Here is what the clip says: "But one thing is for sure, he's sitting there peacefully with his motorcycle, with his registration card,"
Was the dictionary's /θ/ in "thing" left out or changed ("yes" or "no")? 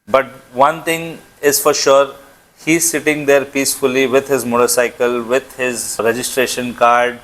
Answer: yes